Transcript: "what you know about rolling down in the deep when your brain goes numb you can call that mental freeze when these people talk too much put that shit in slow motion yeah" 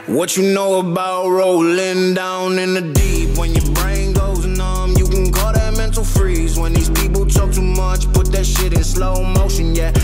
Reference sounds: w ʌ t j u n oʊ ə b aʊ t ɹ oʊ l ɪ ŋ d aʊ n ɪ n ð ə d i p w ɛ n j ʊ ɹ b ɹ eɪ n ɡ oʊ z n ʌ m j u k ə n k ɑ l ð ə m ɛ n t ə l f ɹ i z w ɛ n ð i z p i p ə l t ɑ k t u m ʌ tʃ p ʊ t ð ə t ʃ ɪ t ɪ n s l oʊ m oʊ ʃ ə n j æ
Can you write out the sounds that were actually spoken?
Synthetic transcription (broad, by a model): w ʌ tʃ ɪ n oʊ ə b aʊ t ɹ oʊ l ɪ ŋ d aʊ n ɪ n ð ə d i p w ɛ n j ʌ ɹ b ɹ eɪ n ɡ oʊ z n ʌ m j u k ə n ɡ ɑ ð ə m ɛ n t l f ɹ i z w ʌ n ð i z p i p l t ɑ k t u m ʌ tʃ p ʊ t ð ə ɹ ʃ ɪ t ɪ n s l oʊ m oʊ ʃ ə n j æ